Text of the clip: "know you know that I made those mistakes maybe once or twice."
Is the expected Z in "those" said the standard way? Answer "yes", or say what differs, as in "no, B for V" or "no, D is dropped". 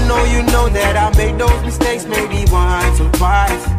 yes